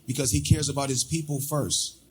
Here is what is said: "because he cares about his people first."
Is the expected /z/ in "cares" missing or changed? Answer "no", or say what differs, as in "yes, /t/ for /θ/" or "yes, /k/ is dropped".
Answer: no